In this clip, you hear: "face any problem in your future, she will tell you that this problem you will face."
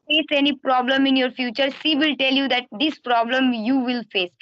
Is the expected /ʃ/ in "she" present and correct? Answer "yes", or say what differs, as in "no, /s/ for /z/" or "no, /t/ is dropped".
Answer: no, /s/ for /ʃ/